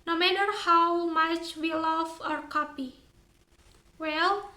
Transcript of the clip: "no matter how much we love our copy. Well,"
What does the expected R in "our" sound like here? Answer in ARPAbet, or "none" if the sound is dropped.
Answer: R